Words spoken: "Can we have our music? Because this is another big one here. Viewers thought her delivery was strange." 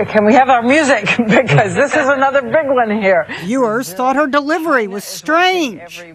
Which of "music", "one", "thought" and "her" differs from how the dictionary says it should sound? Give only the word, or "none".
none